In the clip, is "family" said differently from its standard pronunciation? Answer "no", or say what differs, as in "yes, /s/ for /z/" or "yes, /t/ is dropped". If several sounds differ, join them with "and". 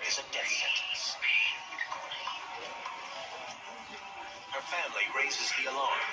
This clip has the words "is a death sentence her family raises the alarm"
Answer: no